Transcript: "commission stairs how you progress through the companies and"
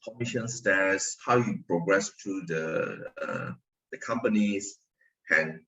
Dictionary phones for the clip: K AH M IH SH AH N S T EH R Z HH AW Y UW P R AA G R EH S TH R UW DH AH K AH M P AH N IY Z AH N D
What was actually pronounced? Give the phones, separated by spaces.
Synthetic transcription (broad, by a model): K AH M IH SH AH N S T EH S HH AW Y UW P R AA G R EH S T R UW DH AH K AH M P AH N IY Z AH N